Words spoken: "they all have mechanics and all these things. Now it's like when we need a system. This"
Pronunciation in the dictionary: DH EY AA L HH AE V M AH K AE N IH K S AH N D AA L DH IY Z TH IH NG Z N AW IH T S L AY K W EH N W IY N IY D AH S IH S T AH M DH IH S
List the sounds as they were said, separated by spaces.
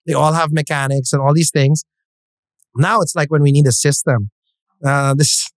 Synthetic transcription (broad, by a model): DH EY AA L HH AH V M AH K AE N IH K S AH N AA L DH IY Z TH IH NG Z N AW IH T S L AY K W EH N W IY N IY D AH S IH S T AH M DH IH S